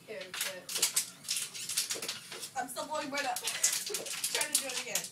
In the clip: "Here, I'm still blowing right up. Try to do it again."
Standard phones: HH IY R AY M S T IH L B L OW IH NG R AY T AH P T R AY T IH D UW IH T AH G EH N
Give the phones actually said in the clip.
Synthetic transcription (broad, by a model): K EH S AY M S T IH L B OW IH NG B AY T AH P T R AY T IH D UW IH T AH G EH N